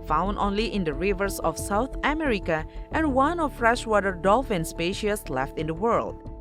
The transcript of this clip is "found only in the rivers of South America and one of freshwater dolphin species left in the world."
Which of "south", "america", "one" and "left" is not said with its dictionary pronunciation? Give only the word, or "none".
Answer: south